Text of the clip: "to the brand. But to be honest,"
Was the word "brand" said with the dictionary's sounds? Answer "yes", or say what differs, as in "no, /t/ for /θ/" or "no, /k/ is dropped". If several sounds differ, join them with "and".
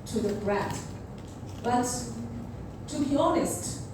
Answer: no, /n/ is dropped